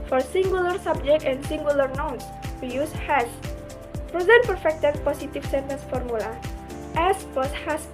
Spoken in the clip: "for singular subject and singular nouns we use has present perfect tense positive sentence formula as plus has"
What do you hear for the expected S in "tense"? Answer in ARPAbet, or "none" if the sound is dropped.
none